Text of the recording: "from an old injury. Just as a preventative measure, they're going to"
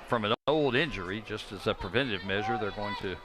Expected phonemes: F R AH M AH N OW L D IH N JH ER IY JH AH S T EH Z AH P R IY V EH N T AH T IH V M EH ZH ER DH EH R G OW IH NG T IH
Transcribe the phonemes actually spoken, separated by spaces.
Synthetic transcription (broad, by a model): F R AH M AH N OW L D IH N JH ER IY JH AH S T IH Z AH P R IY V EH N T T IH V M EH ZH ER DH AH R G OW IH NG T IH